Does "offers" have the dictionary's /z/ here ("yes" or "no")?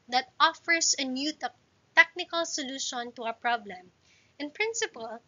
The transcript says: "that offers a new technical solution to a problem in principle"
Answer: no